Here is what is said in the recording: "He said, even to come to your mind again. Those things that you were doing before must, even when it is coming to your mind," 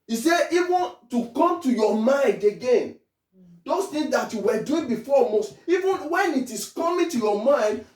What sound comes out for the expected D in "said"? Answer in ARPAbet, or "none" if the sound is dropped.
none